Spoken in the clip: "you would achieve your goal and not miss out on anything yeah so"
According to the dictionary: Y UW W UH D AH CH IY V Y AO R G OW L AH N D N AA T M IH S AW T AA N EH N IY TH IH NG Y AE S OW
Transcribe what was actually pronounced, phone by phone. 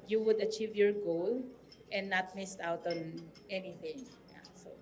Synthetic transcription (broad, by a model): Y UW W UH D AH CH IY V Y AO R G OW L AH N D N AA T M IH S AW T AA N EH N IY TH IH NG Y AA S OW